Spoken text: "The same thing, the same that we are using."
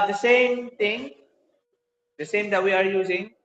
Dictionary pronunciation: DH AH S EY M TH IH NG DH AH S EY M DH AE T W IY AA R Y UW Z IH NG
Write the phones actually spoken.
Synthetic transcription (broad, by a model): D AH S EY M T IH NG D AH S EY M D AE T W IY AA R Y UW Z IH NG